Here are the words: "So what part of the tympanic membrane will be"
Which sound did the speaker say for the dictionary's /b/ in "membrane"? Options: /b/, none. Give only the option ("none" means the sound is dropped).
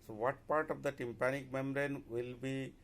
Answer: none